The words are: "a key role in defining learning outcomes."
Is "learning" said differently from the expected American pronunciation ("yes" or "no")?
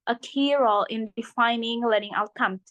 yes